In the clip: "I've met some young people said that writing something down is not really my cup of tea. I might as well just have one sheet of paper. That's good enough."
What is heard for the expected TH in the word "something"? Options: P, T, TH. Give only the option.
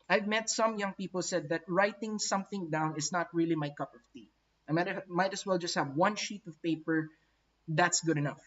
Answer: TH